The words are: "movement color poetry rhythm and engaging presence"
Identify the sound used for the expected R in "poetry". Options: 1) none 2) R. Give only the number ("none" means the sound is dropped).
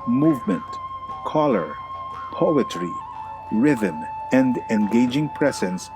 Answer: 2